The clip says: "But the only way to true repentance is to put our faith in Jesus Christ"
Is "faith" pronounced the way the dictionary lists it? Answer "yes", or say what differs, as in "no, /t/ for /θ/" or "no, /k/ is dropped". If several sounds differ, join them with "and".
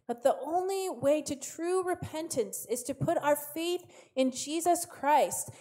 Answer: yes